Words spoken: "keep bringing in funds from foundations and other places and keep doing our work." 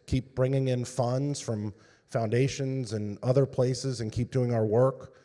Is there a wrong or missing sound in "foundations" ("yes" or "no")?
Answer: no